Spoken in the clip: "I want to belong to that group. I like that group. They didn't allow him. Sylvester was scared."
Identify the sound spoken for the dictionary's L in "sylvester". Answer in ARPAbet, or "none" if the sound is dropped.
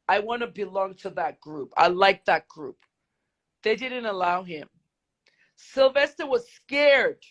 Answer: L